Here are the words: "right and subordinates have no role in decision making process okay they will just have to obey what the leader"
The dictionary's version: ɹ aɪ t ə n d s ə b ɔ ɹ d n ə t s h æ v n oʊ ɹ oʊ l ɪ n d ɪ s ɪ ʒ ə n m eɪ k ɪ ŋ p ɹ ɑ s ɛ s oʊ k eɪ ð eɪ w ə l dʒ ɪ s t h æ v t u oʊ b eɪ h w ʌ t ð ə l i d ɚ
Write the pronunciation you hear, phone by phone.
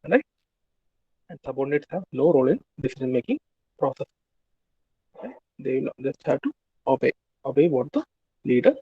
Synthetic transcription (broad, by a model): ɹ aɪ ə n d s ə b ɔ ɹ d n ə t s h æ v n oʊ ɹ oʊ l ɪ n d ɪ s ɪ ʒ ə n m eɪ k ɪ ŋ p ɹ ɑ s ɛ s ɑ ɪ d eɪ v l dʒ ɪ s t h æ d t u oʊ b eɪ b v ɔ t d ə l i d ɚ